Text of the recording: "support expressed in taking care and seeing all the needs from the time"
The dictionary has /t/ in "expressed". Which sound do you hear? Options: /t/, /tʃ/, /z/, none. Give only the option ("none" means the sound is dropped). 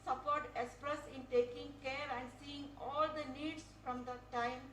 none